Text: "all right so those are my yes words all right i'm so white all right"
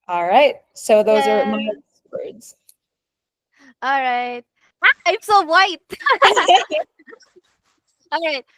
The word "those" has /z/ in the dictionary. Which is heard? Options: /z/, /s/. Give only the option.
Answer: /z/